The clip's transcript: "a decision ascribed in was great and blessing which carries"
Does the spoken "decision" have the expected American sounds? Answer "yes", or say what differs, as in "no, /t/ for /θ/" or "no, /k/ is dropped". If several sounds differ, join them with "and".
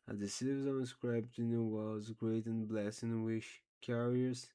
no, /z/ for /ʒ/